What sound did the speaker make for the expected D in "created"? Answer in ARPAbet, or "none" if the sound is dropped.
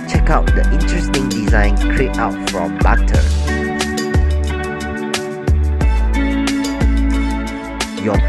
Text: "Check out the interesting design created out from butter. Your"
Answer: none